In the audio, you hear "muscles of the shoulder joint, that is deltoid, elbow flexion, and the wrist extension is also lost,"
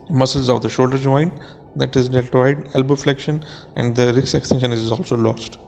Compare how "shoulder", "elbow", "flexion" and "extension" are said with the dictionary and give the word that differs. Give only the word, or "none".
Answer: none